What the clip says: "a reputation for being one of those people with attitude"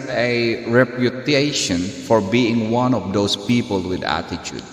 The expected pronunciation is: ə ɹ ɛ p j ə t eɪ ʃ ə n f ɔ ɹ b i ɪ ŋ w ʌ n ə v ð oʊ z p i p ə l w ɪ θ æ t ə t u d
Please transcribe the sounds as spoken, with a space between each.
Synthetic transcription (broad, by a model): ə ɹ ɛ p j ə t eɪ ʃ ə n f ɔ ɹ b i ɪ ŋ w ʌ n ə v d oʊ s p i p ə l w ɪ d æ t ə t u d